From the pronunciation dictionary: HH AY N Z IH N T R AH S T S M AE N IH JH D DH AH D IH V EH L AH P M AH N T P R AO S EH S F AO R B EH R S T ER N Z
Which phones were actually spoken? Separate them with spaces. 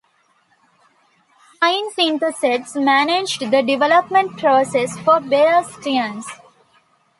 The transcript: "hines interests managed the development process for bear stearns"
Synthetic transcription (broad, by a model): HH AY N S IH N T AH S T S M AE N IH JH D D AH D IH V EH L AH P M AH N T P R AO S EH S F AO R B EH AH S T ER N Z